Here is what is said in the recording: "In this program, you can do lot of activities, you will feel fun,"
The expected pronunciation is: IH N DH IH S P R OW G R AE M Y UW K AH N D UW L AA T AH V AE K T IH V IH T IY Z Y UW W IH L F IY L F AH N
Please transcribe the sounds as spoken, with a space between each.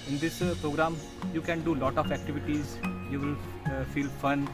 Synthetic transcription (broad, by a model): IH N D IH S P R OW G R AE M Y UW K AH N D UW L AA T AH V AE K T IH V IH T IY Z Y UW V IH L F IY L F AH N